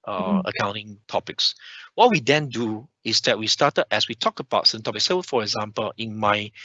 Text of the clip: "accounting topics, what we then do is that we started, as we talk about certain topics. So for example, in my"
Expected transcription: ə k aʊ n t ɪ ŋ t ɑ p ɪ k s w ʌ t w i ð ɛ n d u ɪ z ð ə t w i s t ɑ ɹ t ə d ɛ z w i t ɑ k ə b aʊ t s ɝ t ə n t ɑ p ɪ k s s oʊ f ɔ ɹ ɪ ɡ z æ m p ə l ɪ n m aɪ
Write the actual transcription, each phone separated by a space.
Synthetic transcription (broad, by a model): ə k aʊ n t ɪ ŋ t ɑ p ɪ k s w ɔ t w i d ɛ n d u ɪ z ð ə t w i s t ɑ t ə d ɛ s w i t ɑ k ə b aʊ t s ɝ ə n t ɑ p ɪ k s s oʊ f ɔ ɹ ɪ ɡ z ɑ m p ə l ɪ n m aɪ